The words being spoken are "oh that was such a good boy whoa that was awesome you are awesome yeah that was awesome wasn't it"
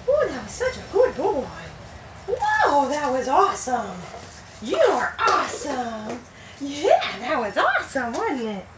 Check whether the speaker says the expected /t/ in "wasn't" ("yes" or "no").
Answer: no